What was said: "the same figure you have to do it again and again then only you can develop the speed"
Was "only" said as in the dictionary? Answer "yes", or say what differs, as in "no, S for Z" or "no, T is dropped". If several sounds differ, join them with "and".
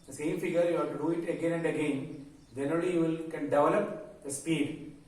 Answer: no, N is dropped